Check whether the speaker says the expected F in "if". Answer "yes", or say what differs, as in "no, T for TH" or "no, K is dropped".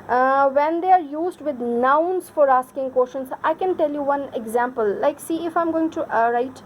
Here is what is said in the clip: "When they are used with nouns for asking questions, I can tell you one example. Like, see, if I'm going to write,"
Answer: yes